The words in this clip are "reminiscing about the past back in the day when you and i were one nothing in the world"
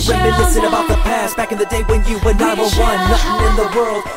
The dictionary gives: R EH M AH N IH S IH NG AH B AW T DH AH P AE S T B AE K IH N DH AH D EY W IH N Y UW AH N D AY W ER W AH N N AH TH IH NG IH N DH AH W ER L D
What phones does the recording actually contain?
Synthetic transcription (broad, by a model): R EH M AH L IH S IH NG AH B AW T DH AH P AE S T B AE K IH N DH AH D EY W IH N Y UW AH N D AY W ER W AH N L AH S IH IH N DH AH W ER L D